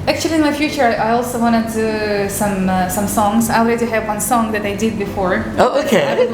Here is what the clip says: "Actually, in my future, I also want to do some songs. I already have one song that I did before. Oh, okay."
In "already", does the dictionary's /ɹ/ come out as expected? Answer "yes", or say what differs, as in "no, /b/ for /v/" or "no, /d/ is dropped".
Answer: no, /l/ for /ɹ/